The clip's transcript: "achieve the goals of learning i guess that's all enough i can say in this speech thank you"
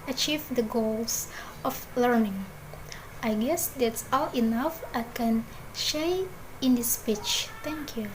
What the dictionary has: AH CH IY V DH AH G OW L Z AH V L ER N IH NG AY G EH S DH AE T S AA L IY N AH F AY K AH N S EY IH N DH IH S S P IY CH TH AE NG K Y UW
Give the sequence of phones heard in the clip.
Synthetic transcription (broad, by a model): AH CH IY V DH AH G OW L S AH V L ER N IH NG AY G EH S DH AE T S AA L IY N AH F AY K AH N SH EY IH N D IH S S P IY CH T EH NG K Y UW